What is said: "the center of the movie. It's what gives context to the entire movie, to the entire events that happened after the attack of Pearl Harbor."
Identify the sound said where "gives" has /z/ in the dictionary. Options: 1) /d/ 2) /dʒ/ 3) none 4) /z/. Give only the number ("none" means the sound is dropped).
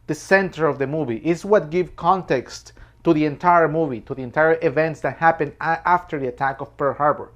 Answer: 3